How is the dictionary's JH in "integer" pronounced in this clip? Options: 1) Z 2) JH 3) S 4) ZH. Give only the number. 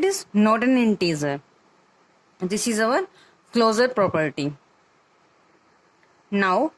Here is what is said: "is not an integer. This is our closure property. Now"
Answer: 1